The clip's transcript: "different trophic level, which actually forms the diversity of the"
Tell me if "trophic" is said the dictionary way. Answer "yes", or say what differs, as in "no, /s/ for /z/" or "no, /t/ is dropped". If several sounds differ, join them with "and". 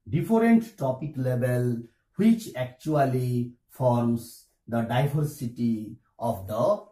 no, /ɹ/ is dropped and /p/ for /f/